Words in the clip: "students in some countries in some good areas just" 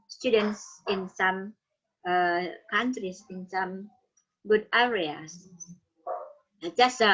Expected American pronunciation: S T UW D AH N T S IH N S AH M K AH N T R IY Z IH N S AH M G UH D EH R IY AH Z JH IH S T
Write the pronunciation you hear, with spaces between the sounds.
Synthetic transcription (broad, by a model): S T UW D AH N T S IH N S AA M K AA N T R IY S IH N S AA M G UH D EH R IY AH S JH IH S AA